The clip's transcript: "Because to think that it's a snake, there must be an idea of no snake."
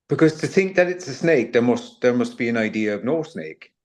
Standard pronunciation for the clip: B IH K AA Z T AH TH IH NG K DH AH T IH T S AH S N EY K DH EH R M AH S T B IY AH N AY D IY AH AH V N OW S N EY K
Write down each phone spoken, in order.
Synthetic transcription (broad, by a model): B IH K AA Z T AH TH IH NG K DH AH T IH T S AH S N EY K DH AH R M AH S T B IY AH N AY D IY AH AH V N OW S N EY K